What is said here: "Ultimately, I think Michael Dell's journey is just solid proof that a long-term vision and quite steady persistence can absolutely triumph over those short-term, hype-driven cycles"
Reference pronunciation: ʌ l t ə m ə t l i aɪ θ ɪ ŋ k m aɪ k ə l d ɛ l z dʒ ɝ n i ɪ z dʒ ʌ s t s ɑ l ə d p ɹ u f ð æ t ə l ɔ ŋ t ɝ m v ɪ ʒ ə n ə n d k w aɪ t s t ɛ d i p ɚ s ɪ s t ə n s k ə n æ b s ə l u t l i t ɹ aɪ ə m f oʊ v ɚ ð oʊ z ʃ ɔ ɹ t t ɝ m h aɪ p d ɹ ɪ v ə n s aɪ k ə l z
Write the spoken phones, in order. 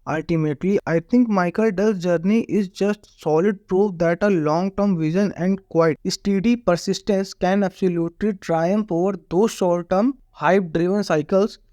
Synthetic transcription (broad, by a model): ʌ l t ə m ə t l i aɪ t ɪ ŋ k m aɪ k ə l d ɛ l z dʒ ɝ n i ɪ z dʒ ʌ s t s ɑ l ə d p ɹ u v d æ t ə l ɔ ŋ t ɝ m v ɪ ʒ ə n ə n d k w aɪ t s t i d i p ɚ s ɪ s t ə n s k ə n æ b s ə l u t l i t ɹ aɪ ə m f oʊ v ɚ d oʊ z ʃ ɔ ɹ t t ɝ m h aɪ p d ɹ ɪ v ə n s aɪ k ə l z